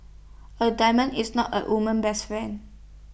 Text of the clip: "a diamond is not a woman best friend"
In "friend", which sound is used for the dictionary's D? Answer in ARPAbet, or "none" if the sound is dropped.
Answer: none